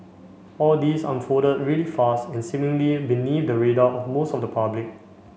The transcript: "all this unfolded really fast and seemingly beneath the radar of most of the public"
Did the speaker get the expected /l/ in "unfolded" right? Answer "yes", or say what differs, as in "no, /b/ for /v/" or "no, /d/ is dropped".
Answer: no, /l/ is dropped